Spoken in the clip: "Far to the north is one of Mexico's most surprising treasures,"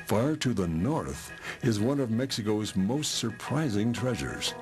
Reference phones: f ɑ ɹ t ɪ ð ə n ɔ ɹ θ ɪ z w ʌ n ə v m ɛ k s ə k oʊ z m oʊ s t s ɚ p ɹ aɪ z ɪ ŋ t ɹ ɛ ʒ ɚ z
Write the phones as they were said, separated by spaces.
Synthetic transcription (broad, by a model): f ɑ ɹ t ɪ ð ə n ɔ ɹ θ ɪ z w ʌ n ə v m ɛ k s ə k oʊ z m oʊ s t s ɚ p ɹ aɪ z ɪ ŋ t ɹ ɛ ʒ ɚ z